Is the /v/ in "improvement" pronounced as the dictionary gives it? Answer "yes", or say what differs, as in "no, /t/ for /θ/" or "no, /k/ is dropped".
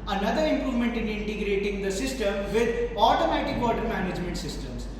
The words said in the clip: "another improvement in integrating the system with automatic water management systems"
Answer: yes